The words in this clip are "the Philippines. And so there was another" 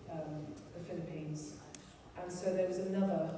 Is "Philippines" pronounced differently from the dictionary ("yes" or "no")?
no